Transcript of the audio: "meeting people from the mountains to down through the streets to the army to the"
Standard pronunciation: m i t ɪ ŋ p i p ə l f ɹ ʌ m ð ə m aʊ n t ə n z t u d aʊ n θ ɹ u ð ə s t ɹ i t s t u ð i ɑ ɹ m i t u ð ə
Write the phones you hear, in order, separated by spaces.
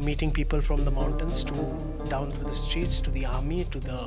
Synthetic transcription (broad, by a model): m i t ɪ ŋ p i p ə l f ɹ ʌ m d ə m aʊ n t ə n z t u d aʊ n t ɹ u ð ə s t ɹ i t s t u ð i ɑ ɹ m i t u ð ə